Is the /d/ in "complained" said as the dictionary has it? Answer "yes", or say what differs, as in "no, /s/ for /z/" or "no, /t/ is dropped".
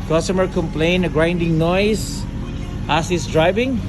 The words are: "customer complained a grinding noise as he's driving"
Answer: no, /d/ is dropped